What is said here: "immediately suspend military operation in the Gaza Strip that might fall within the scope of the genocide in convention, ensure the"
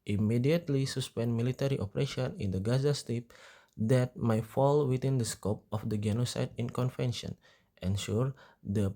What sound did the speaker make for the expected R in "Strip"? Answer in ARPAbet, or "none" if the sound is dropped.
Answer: none